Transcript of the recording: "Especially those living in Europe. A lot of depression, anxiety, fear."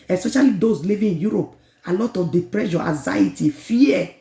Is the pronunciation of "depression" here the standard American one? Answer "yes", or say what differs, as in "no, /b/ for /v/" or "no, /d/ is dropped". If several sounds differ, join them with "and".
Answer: no, /n/ is dropped